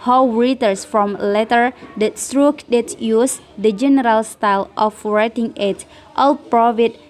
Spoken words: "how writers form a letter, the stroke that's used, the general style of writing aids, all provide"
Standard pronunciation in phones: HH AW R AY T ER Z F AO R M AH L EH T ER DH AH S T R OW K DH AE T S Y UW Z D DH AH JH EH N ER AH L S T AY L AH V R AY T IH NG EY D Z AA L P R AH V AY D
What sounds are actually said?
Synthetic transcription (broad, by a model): HH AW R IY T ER S F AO M L EH T ER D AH S T R OW K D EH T Y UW S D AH JH EH N ER AH L S T AY L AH F R AY T IH NG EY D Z AA L P R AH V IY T